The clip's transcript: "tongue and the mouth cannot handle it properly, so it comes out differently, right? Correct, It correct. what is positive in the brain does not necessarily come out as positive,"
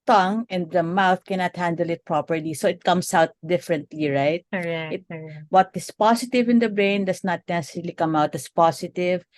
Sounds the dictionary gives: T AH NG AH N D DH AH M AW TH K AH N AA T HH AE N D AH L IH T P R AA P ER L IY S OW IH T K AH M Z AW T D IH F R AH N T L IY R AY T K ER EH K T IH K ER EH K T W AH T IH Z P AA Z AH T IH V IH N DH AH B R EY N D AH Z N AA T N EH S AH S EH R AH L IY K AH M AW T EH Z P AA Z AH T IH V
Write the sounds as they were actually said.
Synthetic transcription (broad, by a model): T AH NG AH N D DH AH M AW TH K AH N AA T HH AE N D AH L IH T P R AA P ER L IY S OW IH T K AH M S AW T D IH F R AH N T L IY R AY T T IH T W AH T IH S P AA S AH T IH V IH N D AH B R EY N D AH S N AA T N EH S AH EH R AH L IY K AH M AW T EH S P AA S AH T IH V